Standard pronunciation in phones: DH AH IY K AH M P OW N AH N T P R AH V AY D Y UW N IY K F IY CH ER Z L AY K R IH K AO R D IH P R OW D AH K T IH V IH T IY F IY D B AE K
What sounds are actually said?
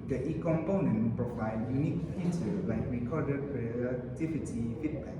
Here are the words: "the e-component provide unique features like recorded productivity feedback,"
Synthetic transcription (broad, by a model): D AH IY K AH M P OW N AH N P R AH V AY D Y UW N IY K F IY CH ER L AY K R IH K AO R D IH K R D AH T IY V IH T IY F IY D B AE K